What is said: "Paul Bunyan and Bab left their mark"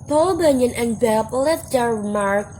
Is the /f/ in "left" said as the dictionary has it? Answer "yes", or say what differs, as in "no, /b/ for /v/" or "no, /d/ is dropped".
no, /f/ is dropped